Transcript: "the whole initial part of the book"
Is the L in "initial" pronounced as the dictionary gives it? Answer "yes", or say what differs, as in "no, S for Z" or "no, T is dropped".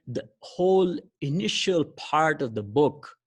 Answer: yes